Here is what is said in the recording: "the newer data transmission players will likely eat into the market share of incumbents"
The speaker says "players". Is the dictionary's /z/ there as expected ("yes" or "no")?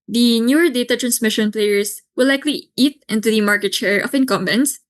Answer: no